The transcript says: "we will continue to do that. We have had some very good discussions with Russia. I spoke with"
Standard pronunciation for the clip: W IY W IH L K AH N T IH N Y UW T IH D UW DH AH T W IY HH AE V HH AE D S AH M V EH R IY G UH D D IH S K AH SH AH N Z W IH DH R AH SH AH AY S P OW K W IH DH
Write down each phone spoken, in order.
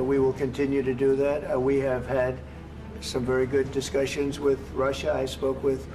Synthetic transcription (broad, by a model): W IY W IH L K AH N T IH N Y UW T IH D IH DH AH T W IY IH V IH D S AH M V EH R IY G UH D D IH S K AH SH AH N Z W IH DH R AH SH AH AY S P OW K W IH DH